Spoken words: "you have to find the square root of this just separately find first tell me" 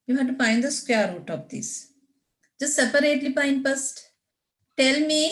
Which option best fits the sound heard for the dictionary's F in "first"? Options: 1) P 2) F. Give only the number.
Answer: 1